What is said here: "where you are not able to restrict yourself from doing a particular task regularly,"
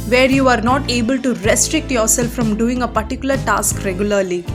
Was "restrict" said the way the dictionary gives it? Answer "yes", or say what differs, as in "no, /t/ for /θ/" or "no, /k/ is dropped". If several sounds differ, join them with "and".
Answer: yes